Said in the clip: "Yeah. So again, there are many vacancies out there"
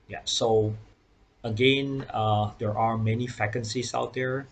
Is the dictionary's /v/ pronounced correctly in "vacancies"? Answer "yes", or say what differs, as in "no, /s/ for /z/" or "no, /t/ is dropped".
no, /f/ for /v/